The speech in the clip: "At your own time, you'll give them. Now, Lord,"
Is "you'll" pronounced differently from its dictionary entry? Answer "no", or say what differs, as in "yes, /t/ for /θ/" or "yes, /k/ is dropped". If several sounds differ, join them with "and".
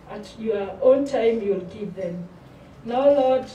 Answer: no